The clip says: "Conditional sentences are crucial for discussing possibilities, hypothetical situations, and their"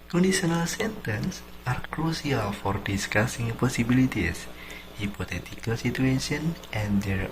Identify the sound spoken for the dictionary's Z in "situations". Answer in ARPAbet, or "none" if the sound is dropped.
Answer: none